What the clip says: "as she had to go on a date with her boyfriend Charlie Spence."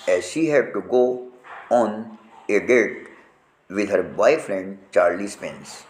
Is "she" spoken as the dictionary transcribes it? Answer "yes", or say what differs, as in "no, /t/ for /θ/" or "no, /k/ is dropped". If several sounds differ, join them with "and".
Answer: yes